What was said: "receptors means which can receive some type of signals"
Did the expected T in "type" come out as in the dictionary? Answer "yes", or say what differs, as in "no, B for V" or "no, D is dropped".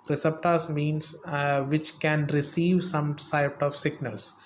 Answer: no, S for T